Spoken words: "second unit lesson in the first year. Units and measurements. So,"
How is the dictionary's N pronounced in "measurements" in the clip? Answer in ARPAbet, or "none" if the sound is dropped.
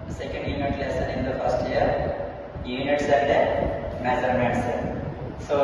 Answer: none